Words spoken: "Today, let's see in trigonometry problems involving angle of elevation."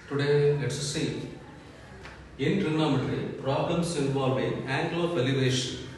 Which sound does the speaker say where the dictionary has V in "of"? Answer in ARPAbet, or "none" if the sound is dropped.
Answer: P